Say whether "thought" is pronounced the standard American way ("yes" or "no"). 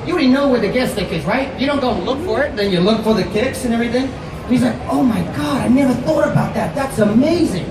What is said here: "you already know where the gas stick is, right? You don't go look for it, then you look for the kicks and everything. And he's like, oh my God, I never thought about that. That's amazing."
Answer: yes